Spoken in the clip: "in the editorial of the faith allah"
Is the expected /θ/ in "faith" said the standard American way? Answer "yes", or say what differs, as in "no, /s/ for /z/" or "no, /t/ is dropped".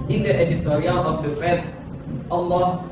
no, /s/ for /θ/